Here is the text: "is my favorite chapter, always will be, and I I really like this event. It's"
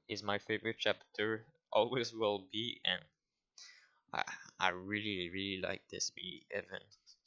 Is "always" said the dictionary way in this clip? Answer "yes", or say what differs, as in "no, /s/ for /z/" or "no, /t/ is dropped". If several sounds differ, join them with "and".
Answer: yes